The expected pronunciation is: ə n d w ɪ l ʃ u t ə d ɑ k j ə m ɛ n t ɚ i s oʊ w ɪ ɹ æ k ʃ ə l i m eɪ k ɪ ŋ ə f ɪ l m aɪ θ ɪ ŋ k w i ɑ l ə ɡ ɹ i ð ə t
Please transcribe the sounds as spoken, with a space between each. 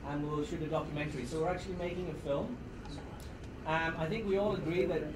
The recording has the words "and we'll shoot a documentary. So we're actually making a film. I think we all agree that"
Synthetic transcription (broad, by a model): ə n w w ɪ l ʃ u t ə d ɑ k j ə m ɛ n t ɚ i s oʊ w ɪ ɹ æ k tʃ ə l i m eɪ k ɪ ŋ ə f ɪ l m aɪ θ ɪ ŋ k w i ɑ l ə ɡ ɹ i ð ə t